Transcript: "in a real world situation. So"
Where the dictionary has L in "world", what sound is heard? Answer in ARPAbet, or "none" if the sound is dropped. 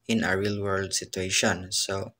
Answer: L